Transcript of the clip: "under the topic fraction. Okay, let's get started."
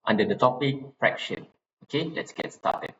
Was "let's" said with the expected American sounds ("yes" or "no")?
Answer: yes